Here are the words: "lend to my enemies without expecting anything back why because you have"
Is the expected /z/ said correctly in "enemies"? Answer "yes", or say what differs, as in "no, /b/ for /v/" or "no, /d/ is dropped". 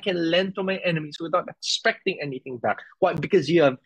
no, /s/ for /z/